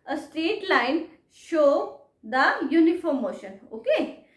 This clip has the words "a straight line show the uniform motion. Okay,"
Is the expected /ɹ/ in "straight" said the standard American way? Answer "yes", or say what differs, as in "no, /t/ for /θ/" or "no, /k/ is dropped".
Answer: no, /ɹ/ is dropped